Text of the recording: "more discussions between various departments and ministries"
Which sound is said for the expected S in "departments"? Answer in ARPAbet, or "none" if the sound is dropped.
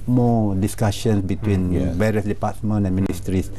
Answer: none